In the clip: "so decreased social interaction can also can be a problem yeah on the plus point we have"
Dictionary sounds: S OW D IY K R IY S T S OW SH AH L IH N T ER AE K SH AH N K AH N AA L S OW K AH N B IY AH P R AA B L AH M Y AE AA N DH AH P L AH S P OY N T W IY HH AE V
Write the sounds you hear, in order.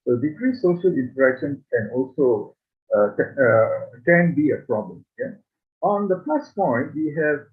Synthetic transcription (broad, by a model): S OW D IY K R IY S S OW SH AH L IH N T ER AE K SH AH N K AH N AA L S OW K AH N B IY AH P R AA B L AH M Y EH AA N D AH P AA S P OY N T W IY HH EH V